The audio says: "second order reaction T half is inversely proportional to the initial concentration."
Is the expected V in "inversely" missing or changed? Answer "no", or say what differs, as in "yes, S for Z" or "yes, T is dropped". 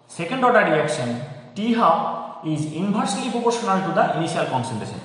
yes, B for V